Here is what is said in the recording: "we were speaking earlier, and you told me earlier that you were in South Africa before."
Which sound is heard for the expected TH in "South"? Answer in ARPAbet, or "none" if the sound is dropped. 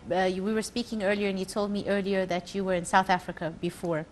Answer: TH